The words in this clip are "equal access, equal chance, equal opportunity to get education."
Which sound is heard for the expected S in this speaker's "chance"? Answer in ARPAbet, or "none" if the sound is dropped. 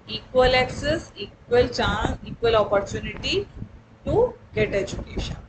none